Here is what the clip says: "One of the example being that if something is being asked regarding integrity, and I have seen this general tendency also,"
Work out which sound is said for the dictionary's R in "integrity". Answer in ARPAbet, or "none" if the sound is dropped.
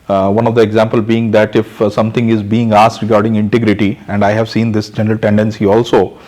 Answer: R